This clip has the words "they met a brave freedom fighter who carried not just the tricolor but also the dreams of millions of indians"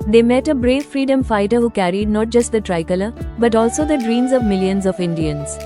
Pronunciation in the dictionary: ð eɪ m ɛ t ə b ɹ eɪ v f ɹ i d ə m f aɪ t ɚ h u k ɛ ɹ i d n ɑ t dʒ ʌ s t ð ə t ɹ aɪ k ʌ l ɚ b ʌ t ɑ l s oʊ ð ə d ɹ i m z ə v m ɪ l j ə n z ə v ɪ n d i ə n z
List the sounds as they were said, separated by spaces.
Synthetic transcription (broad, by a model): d eɪ m ɛ t ə b ɹ eɪ v f ɹ i d ə m f aɪ t ɚ h u k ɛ ɹ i d n ɑ t dʒ ʌ s t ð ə t ɹ aɪ k ʌ l ɚ b ʌ t ɑ l s oʊ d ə d ɹ i m z ə v m ɪ l j ə n z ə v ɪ n d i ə n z